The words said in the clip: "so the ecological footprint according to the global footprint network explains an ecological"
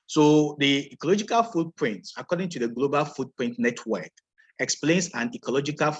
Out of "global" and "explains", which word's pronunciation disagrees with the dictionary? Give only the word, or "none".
explains